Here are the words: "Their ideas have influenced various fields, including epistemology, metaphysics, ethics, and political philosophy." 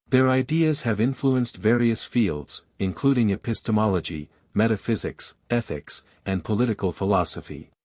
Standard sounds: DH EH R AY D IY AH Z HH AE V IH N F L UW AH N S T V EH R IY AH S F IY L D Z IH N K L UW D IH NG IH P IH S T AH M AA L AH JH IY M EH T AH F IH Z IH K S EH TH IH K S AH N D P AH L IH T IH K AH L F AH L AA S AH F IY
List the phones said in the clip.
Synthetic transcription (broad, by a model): DH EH R AY D IY AH Z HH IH V IH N F L UW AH N S T V EH R IY AH S F IY L D Z IH N K L UW D IH NG IH P IH S T AH M AA L AH JH IY M EH T AH F IH Z IH K S EH TH IH K S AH N P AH L IH T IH K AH L F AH L AA S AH F IY